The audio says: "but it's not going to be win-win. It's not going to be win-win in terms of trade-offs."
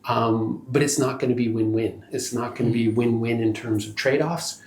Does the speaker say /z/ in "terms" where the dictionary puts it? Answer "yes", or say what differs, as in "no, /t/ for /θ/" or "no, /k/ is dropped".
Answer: yes